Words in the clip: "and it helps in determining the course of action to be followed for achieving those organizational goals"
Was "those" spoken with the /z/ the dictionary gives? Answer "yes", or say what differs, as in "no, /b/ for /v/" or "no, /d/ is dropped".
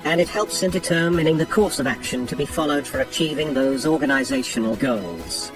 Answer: yes